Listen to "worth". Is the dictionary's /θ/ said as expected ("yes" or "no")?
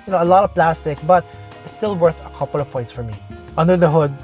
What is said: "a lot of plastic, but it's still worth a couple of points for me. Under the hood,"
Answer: yes